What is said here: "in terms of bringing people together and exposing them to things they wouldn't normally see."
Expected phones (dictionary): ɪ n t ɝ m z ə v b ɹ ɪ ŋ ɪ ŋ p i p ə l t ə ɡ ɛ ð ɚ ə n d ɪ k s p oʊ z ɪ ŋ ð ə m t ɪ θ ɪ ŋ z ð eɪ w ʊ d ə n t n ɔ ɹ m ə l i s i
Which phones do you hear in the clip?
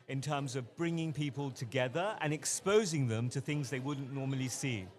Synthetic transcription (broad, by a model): ɪ n t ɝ m z ə v b ɹ ɪ ŋ ɪ ŋ p i p ə l t ə ɡ ɛ ð ɚ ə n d ɪ k s p oʊ z ɪ ŋ ð ə m t ɪ θ ɪ ŋ z ð eɪ w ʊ d n n ɔ ɹ m ə l i s i